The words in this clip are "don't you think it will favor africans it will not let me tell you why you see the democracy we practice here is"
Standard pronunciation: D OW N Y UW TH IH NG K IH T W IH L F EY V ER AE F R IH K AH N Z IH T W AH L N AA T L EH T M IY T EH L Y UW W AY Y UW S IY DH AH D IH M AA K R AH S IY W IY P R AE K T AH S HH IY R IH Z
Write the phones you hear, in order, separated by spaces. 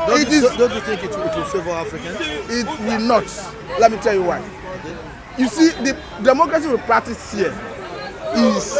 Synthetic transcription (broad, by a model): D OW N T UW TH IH NG K IH T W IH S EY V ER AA F R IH K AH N IH T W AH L N AA T L EH T M IY T EH L Y UW W AY Y UW S IY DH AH D IH M AA K R AH S IY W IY P R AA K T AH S HH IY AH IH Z